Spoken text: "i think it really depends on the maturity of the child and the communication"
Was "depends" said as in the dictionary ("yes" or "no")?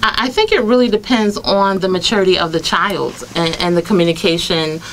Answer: yes